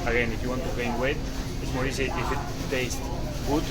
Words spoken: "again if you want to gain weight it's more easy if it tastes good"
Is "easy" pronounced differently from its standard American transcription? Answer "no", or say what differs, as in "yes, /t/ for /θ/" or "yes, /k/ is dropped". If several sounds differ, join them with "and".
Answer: yes, /s/ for /z/